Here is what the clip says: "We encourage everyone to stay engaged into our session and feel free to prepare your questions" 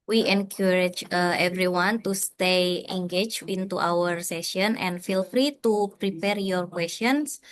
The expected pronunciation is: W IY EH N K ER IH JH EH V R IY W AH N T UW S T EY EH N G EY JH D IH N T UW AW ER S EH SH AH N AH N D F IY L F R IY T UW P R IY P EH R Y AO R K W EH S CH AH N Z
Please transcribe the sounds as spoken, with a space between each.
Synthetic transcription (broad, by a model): W IY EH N K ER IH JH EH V R IY W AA N T UW S T EY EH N G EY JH IH N T UW AW ER S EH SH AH N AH N F IY L F R IY T UW P R IY P EH R Y AO R K W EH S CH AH N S